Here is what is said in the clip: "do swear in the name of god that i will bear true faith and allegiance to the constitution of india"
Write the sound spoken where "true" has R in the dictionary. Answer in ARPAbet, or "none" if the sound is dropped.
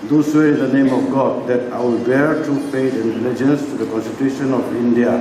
none